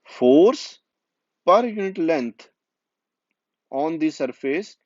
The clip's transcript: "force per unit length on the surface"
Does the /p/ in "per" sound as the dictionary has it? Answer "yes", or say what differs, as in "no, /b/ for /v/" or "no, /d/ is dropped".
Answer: yes